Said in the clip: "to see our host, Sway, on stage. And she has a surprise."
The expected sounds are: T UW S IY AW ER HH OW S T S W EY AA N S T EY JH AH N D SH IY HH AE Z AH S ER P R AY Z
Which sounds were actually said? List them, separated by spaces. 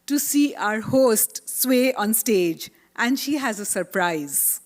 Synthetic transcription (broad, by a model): T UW S IY AW ER HH OW S T S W EY AA N S T EY JH AH N D SH IY HH AE Z AH S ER P R AY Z